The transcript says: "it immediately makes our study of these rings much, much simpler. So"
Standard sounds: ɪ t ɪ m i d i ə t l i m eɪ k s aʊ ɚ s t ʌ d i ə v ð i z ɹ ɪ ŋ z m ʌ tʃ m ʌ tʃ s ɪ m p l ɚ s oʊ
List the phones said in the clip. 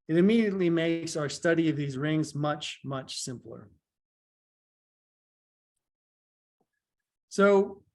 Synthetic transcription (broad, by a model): ɪ t ɪ m i d i ə t l i m eɪ k s aʊ ɚ s t ʌ d i ə v ð i z ɹ ɪ ŋ z m ʌ tʃ m ʌ tʃ s ɪ m p l ɚ s oʊ